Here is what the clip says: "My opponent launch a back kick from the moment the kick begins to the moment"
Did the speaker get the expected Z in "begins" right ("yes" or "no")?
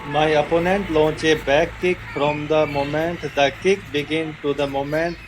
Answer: no